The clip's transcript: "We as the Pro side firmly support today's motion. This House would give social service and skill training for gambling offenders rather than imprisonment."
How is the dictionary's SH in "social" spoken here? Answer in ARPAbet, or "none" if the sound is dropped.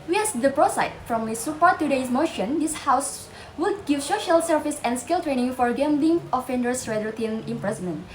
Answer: SH